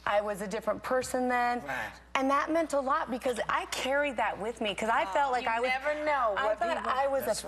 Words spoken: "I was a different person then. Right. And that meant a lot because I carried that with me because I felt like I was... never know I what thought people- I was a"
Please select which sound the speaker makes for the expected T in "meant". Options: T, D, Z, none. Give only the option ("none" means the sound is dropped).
T